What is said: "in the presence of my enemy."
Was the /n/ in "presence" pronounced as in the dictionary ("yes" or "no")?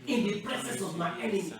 no